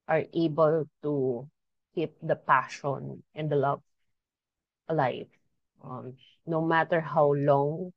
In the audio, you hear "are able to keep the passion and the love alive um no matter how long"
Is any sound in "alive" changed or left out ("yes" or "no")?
yes